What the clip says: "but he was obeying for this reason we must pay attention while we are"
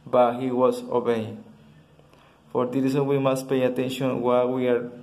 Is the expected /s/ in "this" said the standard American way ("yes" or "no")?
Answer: no